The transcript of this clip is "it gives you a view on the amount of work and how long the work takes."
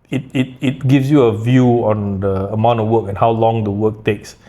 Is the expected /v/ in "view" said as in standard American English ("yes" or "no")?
yes